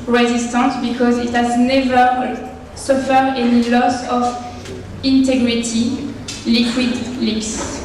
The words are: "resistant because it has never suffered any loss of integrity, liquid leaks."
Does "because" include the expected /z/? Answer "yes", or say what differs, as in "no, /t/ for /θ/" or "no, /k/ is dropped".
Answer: yes